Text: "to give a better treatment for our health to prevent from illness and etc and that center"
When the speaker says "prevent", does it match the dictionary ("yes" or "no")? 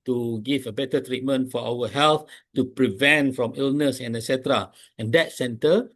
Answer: yes